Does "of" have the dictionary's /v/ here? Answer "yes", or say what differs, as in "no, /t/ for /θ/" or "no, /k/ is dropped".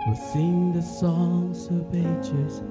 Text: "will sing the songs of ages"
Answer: no, /b/ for /v/